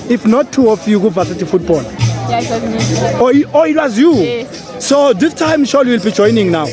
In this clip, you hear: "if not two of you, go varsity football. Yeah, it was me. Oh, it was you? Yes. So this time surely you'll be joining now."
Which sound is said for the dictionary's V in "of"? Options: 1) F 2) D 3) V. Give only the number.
1